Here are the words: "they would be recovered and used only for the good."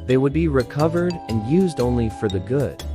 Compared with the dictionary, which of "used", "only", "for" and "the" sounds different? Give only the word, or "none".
none